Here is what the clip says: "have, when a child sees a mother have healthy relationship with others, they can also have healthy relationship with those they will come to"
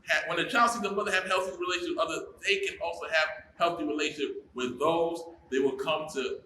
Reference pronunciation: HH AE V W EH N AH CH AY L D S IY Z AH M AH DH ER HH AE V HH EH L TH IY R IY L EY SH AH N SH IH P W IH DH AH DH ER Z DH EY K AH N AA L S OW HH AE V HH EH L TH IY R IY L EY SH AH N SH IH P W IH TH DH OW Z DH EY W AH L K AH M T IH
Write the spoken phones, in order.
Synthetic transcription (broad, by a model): HH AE W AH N AH CH AY L D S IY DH AH M AH DH ER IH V HH EH L TH IY R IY L EY AH SH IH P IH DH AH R DH EY K AH N AA L S OW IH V HH EH L TH IY R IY L EY AH SH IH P W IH DH OW Z DH EY W AH L K AH M T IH